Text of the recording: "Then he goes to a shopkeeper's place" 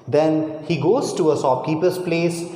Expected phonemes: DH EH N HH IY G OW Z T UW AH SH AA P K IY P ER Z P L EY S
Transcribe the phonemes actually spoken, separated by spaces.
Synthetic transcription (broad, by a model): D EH N HH IY G OW Z T UW AH S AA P K IY P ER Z P L EY S